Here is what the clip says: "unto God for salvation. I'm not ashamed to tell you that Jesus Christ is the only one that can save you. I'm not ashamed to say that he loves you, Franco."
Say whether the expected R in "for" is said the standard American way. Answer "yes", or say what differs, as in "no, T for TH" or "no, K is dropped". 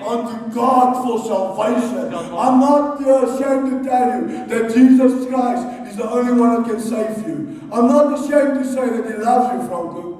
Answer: no, L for R